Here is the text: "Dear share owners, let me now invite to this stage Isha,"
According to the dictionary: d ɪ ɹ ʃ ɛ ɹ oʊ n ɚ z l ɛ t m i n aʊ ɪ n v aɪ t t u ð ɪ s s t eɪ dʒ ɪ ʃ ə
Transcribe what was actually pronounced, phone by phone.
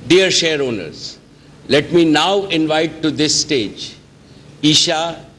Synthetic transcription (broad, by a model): d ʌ ɹ ʃ ɛ ɹ oʊ n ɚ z l ɛ t m i n aʊ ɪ n v aɪ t t u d ɪ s s t eɪ dʒ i ʃ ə